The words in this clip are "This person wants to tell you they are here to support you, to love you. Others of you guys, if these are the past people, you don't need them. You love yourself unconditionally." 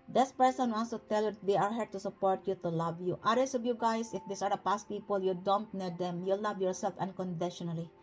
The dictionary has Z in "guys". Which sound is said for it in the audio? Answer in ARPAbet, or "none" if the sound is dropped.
S